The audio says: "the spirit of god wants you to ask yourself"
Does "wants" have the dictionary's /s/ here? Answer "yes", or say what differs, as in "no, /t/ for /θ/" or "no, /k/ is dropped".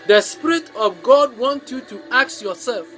no, /s/ is dropped